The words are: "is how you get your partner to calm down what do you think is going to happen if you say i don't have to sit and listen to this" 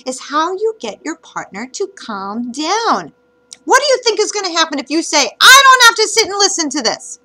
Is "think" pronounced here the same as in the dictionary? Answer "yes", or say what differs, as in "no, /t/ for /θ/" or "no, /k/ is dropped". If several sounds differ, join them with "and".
yes